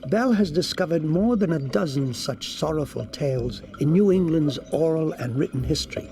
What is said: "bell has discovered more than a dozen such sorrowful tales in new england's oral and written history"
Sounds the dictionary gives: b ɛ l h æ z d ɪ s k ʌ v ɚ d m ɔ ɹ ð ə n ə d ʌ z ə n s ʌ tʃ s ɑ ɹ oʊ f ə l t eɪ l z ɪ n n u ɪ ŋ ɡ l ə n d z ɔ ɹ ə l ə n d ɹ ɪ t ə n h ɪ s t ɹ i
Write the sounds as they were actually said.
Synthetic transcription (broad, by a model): b ɛ l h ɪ z d ɪ s k ʌ v ɚ d m ɔ ɹ ð ə n ə d ʌ z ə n s ʌ tʃ s ɑ ɹ oʊ f ə l t eɪ l z ɪ n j u ɪ ŋ ɡ l ə n d z ɔ ɹ l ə n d ɹ ɪ t n h ɪ s t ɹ i